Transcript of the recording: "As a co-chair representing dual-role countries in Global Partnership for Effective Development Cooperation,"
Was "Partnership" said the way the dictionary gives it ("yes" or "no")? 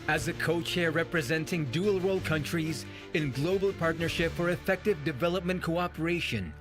yes